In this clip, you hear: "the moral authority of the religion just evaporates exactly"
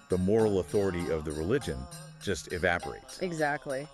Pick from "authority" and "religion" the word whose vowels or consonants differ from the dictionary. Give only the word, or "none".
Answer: none